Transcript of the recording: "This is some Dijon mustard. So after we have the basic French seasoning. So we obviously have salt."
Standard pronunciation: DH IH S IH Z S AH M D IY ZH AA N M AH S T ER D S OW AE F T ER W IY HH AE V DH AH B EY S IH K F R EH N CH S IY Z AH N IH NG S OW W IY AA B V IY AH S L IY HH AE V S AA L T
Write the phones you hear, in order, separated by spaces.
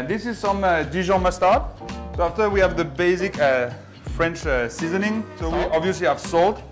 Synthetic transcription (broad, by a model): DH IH S IH Z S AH M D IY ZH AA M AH S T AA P S OW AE F T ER W IY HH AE V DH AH B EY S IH K F R EH N CH S IY Z AH N IH NG S OW W IY AA B V IY AH S L IY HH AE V S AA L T